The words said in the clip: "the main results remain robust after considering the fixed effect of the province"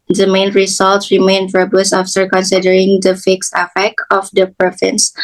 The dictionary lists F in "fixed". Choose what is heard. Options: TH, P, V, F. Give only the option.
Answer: F